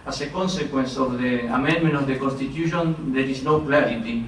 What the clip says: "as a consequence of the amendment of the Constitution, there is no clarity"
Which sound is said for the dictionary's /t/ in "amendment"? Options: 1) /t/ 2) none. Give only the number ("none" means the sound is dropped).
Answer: 2